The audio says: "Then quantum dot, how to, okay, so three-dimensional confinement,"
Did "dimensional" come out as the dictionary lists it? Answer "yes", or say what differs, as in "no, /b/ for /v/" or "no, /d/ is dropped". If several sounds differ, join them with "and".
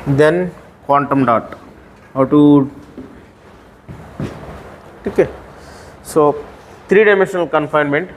yes